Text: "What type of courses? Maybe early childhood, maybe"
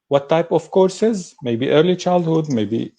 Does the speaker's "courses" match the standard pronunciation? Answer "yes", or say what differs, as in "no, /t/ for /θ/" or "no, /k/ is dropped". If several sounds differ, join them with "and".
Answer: yes